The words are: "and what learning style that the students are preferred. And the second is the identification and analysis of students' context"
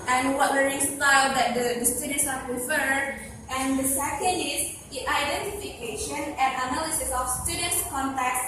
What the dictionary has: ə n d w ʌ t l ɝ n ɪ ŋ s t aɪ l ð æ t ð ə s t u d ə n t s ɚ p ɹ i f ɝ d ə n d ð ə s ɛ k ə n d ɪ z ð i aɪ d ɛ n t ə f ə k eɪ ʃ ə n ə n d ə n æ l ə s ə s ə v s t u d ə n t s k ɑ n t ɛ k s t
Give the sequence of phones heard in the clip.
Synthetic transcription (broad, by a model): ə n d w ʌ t w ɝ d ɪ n s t aɪ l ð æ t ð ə s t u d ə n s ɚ p ɹ i f ɝ d ə n d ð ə s ɛ k ə n d ɪ z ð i aɪ d ɛ n t ə f ə k eɪ ʃ ə n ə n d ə n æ l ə s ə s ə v s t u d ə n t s k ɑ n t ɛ k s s